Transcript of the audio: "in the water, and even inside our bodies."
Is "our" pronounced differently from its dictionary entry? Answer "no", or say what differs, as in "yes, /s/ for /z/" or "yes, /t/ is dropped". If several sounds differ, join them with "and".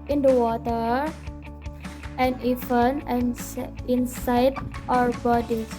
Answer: no